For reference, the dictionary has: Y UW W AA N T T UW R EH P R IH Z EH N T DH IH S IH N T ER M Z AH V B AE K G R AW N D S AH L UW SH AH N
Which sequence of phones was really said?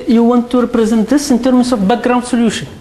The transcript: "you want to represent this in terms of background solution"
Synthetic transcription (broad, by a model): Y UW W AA N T T UW R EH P R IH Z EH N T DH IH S IH N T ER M S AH F B AE K G R AW N D S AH L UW SH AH N